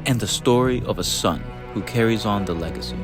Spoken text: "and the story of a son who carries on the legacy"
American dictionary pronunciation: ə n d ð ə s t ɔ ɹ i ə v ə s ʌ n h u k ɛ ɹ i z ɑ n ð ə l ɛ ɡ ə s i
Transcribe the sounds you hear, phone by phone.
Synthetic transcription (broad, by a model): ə n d ð ə s t ɔ ɹ i ə v ə s ʌ n h u k ɛ ɹ i z n ð ə l ɛ ɡ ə s i